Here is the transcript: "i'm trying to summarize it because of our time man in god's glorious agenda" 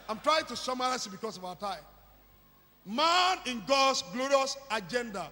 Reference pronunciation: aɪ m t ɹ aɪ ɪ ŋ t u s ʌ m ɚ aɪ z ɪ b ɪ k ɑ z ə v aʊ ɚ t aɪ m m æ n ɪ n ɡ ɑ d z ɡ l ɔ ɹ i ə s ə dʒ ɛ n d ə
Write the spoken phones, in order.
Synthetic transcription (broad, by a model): aɪ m t ɹ aɪ ɪ ŋ t u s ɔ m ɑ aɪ s ɪ b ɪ k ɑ s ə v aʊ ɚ t aɪ m m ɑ n ɪ n ɡ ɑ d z ɡ l ɔ ɹ i ə s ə dʒ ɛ n d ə